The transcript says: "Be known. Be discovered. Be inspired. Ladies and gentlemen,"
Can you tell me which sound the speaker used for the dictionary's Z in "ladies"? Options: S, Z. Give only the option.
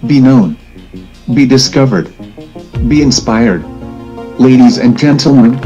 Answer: Z